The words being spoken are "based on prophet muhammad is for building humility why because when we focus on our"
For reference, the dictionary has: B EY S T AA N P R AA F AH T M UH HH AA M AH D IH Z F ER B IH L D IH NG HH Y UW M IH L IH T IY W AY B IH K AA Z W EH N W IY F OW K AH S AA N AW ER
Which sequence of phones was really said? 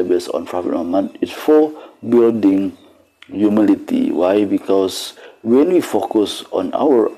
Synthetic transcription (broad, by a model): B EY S AA N F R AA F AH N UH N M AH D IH S F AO B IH L D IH NG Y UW M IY L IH T IY W AY B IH K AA S W EH N W IY F OW K AH S AA N AW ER